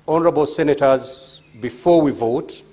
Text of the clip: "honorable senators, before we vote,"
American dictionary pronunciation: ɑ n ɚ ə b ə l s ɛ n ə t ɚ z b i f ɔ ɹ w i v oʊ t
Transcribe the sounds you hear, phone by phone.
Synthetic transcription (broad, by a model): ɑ n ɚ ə b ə l s ɛ n ə t ɚ z b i f ɔ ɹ w i v oʊ t